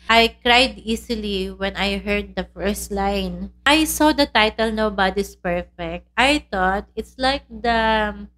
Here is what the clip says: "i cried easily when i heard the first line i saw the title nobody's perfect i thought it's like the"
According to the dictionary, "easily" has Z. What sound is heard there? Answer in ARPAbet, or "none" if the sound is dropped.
S